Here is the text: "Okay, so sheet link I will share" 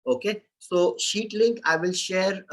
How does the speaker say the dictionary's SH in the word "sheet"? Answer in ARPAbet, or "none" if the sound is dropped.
SH